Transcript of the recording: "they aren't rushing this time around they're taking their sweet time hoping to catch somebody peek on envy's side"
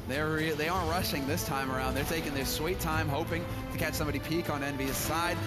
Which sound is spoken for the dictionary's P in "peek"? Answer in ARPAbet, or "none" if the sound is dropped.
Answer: P